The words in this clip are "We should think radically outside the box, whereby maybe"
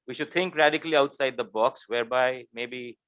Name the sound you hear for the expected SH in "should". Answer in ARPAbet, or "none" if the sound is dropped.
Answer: SH